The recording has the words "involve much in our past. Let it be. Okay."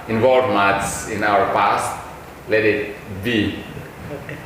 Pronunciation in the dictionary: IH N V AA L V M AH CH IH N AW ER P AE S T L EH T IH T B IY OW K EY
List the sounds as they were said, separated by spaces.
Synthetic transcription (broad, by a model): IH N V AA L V M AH S IH N AW ER P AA S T L EH T IH T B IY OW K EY